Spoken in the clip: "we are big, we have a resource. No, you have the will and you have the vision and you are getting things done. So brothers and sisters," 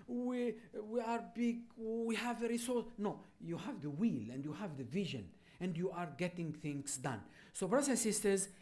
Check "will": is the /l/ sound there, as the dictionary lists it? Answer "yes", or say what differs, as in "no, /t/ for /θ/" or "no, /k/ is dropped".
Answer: yes